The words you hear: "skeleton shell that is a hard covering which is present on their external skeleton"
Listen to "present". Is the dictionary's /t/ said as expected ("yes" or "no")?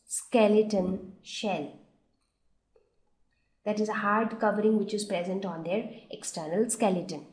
yes